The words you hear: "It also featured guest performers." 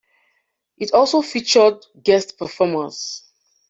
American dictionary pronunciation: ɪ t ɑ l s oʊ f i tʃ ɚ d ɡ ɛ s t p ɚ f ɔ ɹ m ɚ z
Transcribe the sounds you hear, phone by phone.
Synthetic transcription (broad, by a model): ɪ t ɑ l s oʊ f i tʃ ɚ d ɡ ɛ s t p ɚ f ɔ m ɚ s